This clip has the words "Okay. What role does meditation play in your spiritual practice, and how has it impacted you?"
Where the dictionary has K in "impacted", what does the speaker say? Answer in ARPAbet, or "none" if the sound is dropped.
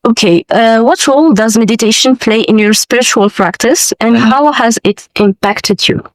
K